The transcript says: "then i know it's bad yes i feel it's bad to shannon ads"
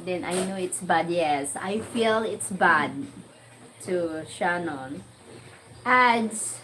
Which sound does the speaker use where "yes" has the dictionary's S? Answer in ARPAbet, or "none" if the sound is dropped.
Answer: S